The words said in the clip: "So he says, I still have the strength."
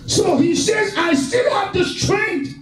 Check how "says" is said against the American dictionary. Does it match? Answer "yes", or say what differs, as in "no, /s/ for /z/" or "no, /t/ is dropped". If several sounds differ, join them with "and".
yes